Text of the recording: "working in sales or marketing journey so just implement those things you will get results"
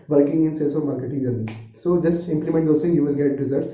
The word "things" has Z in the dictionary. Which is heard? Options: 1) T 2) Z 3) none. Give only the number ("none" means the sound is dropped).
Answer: 3